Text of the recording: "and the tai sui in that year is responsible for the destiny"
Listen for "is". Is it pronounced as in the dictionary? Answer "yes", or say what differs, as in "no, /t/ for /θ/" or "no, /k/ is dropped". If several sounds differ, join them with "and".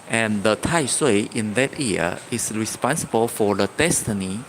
no, /s/ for /z/